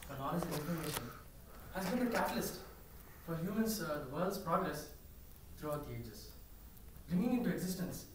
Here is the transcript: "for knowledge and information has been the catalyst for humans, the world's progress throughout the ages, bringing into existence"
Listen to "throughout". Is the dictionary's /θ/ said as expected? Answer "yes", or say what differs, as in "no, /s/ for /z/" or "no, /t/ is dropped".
no, /t/ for /θ/